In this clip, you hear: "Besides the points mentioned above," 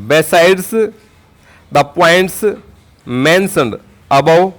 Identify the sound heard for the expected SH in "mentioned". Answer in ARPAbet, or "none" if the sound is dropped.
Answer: S